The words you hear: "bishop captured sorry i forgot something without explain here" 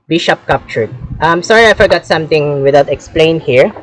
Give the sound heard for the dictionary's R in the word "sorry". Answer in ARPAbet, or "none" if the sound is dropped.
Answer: R